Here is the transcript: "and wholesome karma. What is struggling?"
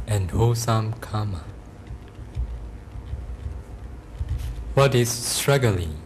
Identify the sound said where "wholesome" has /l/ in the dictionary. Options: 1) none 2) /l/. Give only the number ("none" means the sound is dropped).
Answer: 1